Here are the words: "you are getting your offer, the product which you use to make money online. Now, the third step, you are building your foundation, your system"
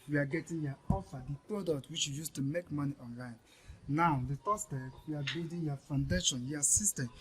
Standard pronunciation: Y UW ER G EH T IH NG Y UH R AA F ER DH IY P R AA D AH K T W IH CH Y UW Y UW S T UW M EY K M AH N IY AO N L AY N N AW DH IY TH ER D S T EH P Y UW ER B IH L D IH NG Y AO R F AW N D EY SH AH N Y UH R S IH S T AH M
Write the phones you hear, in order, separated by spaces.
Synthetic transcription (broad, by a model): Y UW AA G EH T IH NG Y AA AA F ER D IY P R AA D AH K T W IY CH Y UW Y UW S T UW M EY K M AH N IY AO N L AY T N AW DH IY T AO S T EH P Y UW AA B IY D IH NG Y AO F AW N D EY SH AH N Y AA S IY S T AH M